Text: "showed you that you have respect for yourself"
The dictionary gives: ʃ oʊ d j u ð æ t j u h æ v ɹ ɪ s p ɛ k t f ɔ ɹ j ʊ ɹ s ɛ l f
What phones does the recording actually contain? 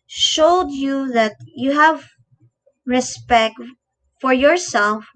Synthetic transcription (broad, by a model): ʃ oʊ d j u ð æ t j u h æ v ɹ ɪ s p ɛ k t f ɔ ɹ j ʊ ɹ s ɛ l f